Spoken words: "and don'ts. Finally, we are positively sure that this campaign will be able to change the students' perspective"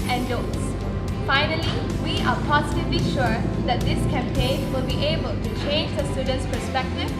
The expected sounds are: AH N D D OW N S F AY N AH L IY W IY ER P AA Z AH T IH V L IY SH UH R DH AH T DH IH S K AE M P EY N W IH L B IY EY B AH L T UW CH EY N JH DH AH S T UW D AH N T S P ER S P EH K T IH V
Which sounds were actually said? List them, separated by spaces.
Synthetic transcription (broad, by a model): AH N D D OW S F AY N AH L IY W IY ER P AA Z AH T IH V L IY SH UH R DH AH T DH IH S K AE M P EY N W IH L B IY EY B AH L T UW CH EY N JH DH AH S T UW D AH N T S P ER S P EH K T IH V